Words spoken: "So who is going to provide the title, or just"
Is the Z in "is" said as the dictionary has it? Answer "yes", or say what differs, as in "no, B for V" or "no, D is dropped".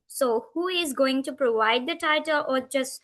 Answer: yes